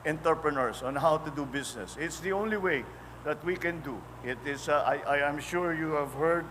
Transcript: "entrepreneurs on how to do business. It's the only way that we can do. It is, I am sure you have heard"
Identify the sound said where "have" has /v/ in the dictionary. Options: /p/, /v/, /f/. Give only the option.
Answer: /v/